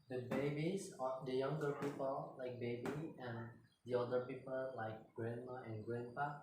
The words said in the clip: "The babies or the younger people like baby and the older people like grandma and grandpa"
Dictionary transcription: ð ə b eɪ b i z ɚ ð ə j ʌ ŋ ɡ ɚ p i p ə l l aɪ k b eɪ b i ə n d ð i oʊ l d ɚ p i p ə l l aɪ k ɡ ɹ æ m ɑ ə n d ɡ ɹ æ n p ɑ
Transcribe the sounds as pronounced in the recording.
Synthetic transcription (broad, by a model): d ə b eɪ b i s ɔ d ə j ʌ ŋ ɡ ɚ p i p ə l l aɪ k b eɪ b i ə n d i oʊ d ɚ p i p ə l l aɪ k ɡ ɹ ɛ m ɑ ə n ɡ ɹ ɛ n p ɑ